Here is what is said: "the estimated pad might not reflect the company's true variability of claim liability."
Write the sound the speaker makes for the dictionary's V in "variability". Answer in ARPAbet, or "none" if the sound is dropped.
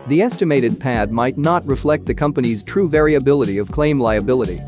V